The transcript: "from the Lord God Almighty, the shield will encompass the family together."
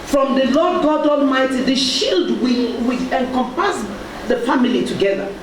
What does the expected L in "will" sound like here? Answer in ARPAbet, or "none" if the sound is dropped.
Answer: W